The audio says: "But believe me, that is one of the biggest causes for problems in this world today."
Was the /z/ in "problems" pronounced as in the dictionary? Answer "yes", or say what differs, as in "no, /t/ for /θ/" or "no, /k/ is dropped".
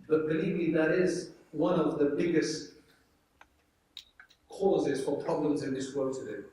yes